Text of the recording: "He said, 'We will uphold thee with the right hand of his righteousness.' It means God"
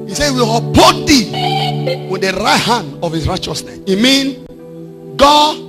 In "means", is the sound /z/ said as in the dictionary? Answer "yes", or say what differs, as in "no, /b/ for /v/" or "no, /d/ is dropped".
no, /z/ is dropped